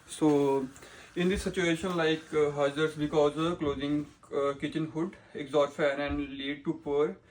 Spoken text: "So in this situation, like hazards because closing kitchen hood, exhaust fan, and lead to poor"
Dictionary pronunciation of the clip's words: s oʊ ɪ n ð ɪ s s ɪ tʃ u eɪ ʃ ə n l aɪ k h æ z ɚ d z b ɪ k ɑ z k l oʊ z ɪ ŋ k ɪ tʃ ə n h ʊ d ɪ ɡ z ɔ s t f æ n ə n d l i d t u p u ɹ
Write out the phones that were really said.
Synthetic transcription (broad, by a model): s oʊ ɪ n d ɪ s s ɪ tʃ u eɪ ʃ ə n l aɪ k h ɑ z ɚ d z b ɪ k ɑ z k l oʊ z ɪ ŋ k ɪ tʃ ə n h ʊ d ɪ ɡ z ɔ t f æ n ə n d l i d t u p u ɹ